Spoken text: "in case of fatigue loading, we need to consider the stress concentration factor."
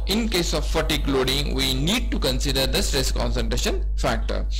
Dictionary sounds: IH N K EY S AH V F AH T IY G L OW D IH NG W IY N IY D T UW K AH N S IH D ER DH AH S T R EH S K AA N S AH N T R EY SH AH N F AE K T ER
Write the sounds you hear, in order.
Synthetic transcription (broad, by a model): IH N K EY S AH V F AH T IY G L OW D IH NG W IY N IY D T UW K AH N S IH D ER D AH S T R EH S K AA N S AH N T R EY SH AH N F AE K T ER